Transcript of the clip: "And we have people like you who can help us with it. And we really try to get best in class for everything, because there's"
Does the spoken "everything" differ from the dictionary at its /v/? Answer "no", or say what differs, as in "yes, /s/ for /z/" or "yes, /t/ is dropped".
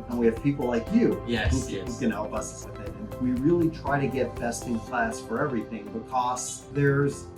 no